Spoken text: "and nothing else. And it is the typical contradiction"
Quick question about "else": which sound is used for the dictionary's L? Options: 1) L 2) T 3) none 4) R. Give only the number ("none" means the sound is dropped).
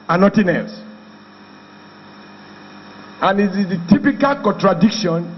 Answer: 3